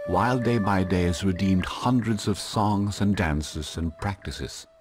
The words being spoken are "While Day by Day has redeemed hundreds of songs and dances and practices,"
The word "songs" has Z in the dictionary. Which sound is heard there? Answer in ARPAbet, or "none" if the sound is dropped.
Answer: Z